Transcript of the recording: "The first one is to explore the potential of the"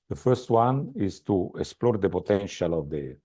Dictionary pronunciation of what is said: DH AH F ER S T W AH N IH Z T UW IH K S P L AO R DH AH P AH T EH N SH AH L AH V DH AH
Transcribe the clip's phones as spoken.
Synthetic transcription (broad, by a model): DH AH F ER S T W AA N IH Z T UW IH K S P L AO R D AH P AH T EH N SH AH L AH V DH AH